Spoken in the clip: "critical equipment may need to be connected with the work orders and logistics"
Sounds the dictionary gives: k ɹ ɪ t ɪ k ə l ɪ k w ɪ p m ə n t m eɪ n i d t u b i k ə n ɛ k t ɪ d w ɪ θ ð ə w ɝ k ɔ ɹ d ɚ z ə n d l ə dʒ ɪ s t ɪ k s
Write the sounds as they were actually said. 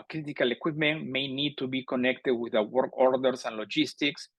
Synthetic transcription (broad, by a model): k ɹ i t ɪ k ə l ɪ k w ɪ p m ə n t m eɪ n i d t u b i k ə n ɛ k t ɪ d w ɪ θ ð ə w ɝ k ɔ ɹ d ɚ s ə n l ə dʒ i s t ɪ k s